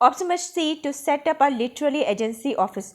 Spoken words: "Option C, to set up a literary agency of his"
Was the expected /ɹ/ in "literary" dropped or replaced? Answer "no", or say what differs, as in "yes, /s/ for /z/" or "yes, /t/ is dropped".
yes, /l/ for /ɹ/